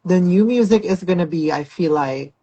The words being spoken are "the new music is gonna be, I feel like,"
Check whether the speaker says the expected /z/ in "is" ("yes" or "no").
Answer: yes